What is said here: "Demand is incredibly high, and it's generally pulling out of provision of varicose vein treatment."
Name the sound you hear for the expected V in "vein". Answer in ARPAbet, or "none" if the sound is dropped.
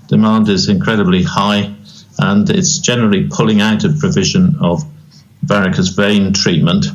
V